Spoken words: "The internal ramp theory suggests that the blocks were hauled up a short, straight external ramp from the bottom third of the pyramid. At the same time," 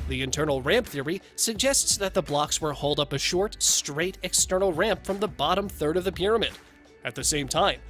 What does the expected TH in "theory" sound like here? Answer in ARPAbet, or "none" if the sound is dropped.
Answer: TH